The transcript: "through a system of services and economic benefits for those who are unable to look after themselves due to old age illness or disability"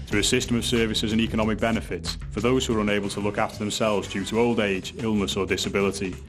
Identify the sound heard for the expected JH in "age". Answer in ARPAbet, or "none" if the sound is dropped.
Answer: JH